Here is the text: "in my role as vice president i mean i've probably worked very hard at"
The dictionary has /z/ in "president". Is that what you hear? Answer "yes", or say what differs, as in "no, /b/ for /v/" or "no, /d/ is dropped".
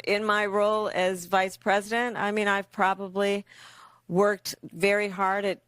yes